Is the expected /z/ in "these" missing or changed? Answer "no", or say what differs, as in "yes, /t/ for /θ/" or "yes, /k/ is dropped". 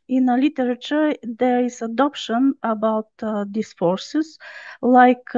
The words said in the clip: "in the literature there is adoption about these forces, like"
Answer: yes, /s/ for /z/